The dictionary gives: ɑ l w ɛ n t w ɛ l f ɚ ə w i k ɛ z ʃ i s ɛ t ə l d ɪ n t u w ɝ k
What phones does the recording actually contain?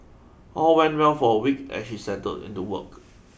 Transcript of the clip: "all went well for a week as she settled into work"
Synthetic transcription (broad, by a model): ɑ l w ɛ n t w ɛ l f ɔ ə w i k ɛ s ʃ i s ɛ t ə d ɪ n t u w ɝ k